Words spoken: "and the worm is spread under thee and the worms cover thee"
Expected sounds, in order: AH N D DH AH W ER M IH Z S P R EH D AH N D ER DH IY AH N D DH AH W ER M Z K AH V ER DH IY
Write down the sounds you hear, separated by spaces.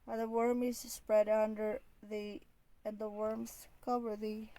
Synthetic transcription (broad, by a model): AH DH AH W ER M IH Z S P R EH D AH N D ER DH IY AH N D DH AH W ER M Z K AH V ER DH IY